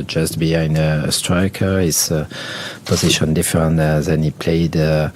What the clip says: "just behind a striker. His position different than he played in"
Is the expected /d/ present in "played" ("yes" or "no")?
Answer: no